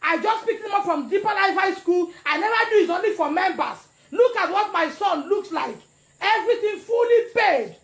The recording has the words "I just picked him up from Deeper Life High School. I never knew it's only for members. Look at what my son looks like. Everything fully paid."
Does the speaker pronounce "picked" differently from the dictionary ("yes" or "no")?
yes